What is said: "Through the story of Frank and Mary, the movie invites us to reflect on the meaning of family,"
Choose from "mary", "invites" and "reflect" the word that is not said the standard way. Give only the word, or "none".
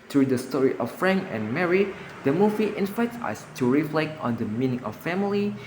invites